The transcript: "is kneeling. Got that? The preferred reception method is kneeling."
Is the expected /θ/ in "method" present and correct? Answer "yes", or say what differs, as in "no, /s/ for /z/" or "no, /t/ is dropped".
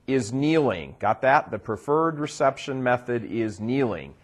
yes